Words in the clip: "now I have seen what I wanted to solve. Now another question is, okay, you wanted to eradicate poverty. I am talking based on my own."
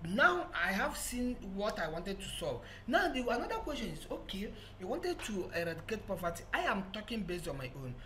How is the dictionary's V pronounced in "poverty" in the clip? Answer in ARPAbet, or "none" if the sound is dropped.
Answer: P